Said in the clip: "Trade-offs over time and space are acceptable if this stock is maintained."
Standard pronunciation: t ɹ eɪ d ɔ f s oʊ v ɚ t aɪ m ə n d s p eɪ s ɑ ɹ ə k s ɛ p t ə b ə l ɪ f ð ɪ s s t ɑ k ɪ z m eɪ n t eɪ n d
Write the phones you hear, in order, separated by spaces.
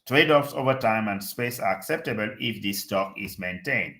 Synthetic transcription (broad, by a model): t ɹ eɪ d ɔ f s oʊ v ɚ t aɪ m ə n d s p eɪ s ɑ ɹ ə k s ɛ p t ə b ə l ɪ f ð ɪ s s t ɑ k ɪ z m eɪ n t eɪ n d